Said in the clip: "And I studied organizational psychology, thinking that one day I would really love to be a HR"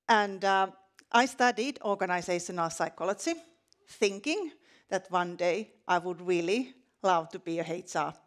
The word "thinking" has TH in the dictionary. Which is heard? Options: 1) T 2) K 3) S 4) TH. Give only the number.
4